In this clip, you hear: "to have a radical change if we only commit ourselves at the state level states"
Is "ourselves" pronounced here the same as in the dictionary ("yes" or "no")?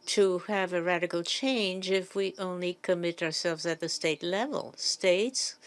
yes